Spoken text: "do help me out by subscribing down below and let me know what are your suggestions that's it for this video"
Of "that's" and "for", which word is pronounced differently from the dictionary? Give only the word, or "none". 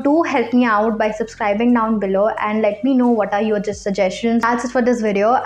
that's